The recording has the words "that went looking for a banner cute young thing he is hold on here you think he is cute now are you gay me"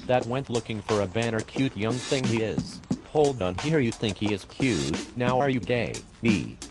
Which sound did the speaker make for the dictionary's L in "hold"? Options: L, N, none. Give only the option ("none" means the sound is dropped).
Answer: L